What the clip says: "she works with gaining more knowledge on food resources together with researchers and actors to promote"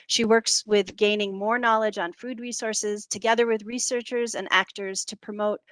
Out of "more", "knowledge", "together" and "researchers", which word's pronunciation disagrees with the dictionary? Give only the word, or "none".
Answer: none